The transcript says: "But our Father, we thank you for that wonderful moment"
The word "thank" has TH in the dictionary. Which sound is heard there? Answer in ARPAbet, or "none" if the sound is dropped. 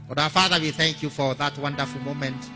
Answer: TH